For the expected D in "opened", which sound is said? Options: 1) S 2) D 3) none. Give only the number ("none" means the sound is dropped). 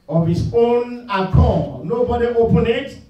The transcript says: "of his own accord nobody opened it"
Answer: 3